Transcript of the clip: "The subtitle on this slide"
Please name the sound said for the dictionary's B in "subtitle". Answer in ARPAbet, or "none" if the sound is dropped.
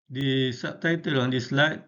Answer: none